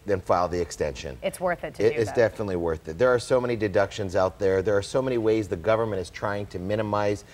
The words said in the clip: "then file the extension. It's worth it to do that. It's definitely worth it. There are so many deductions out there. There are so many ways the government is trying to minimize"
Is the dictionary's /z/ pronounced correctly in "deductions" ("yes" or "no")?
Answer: yes